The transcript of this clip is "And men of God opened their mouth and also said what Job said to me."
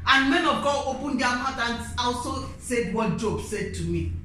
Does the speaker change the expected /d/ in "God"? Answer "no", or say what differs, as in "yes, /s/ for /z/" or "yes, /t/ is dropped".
yes, /d/ is dropped